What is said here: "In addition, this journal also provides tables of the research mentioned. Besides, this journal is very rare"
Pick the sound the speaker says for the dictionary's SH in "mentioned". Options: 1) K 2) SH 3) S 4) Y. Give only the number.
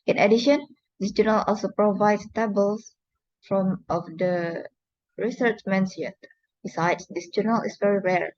3